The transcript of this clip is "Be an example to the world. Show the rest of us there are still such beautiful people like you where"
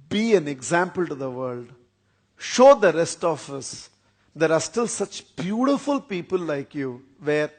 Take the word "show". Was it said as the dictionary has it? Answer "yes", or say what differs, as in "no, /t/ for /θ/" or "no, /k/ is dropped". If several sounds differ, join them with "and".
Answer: yes